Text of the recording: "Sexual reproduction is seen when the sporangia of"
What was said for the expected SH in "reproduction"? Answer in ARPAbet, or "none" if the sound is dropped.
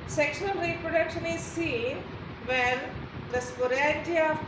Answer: SH